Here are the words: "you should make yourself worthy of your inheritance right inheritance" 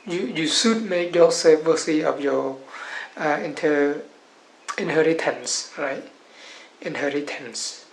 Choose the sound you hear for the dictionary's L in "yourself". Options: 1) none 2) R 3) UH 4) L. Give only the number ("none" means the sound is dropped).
1